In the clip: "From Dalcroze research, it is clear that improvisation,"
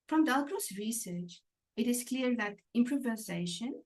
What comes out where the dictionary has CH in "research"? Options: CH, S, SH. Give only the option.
CH